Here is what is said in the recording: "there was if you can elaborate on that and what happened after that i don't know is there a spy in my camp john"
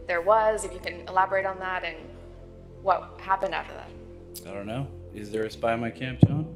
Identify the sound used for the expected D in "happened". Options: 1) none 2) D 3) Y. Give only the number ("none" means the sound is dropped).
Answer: 2